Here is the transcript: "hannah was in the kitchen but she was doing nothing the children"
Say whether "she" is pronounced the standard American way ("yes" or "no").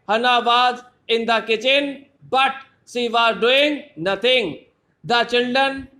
no